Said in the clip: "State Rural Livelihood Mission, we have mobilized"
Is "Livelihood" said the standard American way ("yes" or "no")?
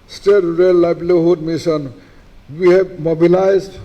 no